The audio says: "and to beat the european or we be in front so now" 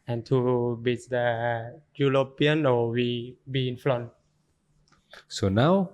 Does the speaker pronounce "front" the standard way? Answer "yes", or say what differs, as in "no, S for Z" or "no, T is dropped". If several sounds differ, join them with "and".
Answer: no, L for R